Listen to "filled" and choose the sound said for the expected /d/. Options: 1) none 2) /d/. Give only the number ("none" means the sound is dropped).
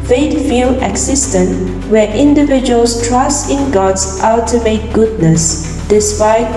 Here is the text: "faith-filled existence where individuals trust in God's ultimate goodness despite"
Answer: 1